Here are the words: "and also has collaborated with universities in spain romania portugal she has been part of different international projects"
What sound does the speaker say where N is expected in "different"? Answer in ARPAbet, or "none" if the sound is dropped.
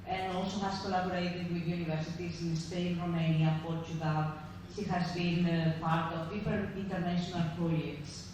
none